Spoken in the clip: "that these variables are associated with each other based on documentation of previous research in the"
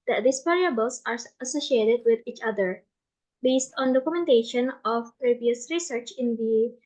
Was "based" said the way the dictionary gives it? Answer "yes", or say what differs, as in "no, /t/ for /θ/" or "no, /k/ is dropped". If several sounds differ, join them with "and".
yes